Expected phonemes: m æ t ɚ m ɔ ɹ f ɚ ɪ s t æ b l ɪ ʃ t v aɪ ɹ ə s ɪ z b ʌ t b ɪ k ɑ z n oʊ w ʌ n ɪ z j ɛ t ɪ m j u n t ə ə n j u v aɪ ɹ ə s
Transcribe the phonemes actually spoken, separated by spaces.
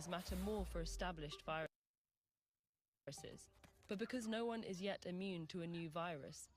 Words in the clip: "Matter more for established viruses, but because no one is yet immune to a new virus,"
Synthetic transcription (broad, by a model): m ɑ t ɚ m ɔ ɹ f ɚ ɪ s t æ b l ɪ ʃ t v aɪ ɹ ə s ɪ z b ʌ t b ɪ k ɑ z n oʊ w ʌ n ɪ z j ɛ t ɪ m j u n t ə ə n j u v aɪ ɹ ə s